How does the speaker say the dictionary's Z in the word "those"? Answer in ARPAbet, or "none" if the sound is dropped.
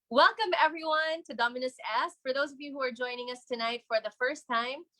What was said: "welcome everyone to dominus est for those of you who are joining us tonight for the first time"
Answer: Z